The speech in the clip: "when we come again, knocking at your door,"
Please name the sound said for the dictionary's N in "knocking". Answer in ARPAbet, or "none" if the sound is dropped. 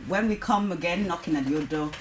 N